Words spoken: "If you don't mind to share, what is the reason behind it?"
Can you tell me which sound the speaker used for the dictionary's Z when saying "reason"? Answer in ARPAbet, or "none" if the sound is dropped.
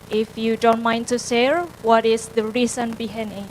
S